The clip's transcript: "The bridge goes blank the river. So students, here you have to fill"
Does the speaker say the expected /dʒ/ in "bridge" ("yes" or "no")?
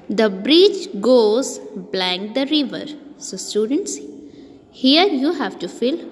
no